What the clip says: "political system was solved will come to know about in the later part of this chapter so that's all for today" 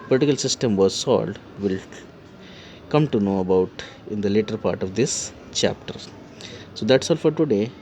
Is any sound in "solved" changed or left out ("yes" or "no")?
yes